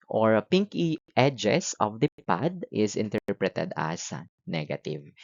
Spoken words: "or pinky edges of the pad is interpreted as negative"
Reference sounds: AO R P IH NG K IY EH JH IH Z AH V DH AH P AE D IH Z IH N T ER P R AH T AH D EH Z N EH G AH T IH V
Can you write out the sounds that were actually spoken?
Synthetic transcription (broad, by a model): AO R P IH NG K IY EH JH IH S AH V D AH P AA D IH S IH N T ER P R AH T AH D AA S N EH G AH T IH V